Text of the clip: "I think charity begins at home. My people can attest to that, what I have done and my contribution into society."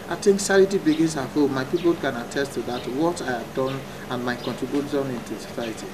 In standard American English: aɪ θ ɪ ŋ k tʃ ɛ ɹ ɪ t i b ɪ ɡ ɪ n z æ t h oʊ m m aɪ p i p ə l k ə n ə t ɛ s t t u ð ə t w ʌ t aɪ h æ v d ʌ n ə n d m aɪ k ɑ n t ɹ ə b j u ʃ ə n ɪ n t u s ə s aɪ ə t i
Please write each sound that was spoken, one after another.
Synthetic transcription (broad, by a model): aɪ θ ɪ ŋ k s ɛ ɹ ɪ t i b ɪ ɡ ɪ n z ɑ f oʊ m m aɪ p i p ə l k ə n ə t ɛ s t t u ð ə t w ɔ t aɪ h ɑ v d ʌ n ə n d m aɪ k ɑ n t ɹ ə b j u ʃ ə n ɪ n t u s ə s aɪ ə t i